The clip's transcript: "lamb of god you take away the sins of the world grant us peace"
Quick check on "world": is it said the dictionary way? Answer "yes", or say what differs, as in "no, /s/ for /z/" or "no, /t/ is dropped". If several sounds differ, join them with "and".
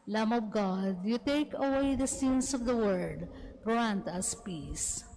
no, /l/ is dropped